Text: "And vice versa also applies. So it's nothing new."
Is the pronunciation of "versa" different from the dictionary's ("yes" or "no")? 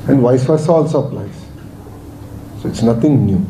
yes